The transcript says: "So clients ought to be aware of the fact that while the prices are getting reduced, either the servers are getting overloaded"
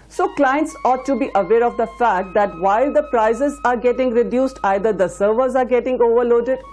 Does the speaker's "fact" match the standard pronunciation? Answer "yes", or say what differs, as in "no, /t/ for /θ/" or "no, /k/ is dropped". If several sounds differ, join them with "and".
yes